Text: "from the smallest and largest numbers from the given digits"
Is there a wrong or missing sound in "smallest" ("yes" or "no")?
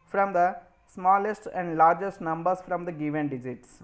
no